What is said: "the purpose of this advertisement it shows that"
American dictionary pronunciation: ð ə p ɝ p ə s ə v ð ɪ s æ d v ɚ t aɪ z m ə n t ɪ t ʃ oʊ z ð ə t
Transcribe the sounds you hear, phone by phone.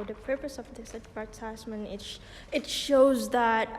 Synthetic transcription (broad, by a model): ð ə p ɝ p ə s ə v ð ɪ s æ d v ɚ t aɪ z m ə n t ɪ t ʃ oʊ z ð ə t